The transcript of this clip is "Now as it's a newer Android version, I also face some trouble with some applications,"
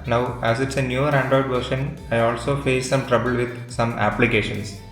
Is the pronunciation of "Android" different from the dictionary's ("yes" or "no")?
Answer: yes